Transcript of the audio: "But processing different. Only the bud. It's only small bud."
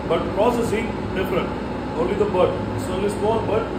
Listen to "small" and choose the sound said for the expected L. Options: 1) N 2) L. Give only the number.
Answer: 1